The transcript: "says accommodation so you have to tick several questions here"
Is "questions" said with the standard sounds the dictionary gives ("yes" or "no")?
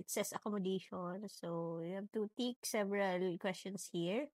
no